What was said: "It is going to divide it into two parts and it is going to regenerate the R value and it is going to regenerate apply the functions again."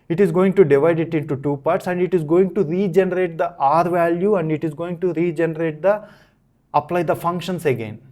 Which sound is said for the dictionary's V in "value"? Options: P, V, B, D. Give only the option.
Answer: V